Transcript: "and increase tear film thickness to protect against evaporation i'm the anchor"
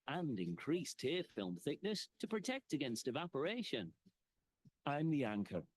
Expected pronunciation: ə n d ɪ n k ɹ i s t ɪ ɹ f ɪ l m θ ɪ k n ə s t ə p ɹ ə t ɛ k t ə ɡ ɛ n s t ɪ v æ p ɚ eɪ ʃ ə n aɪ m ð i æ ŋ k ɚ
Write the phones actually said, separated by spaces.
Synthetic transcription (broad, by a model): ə n d ɪ n k ɹ i s t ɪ f ɪ l m θ ɪ k n ə s t ə p ɹ ə t ɛ k t ə ɡ ɛ n s t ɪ v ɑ p ɚ eɪ ʃ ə n aɪ m ð i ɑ ŋ k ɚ